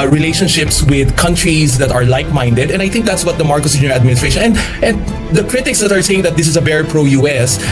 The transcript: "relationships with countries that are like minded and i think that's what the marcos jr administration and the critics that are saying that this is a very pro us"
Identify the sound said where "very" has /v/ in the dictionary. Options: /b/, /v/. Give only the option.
/b/